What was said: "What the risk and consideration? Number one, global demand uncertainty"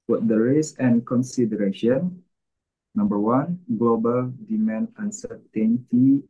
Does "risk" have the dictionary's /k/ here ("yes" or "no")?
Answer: no